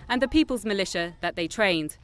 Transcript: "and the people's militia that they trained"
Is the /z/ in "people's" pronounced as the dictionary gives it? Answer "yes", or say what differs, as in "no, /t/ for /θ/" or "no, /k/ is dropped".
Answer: yes